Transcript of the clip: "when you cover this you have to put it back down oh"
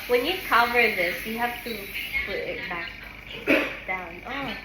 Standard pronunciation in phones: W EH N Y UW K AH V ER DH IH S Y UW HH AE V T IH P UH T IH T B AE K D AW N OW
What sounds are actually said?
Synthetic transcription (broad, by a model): W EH N Y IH K AH V ER DH IH S Y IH HH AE F T IH P UH T IH T B AE K D AW N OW